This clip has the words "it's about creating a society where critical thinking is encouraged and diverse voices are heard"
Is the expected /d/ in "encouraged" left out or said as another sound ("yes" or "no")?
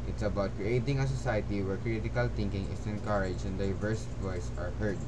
yes